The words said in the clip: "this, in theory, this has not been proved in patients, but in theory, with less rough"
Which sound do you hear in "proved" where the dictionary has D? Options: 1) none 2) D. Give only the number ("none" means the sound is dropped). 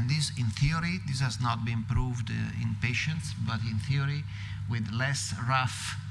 2